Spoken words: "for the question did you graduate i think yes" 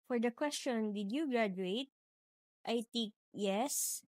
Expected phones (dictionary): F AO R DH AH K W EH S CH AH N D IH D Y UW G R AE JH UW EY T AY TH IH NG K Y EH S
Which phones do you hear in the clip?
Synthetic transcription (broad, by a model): F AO R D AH K W EH S CH AH N D IH D Y UW G R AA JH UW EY T AY T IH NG K Y EH S